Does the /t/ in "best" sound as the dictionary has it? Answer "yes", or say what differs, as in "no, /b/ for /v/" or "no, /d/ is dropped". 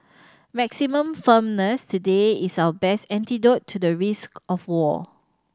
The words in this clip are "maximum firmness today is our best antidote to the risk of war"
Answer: yes